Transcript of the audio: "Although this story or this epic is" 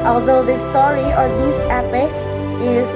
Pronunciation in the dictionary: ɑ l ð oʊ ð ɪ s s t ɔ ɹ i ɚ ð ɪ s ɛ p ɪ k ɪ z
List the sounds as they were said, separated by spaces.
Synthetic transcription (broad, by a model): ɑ l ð oʊ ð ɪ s s t ɔ ɹ i ɚ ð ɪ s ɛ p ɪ ɪ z